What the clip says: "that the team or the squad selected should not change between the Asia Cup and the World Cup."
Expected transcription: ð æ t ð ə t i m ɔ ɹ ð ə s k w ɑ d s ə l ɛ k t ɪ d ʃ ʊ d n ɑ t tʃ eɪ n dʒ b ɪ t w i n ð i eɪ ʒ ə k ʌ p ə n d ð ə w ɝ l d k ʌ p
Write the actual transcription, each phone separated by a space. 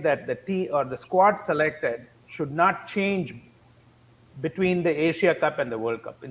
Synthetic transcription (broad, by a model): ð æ t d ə t i ɔ ɹ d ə s k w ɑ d s ə l ɛ k t ɪ d ʃ ʊ d n ɑ t tʃ eɪ n dʒ b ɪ t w i n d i eɪ ʃ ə k ʌ p ə n d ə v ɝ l d k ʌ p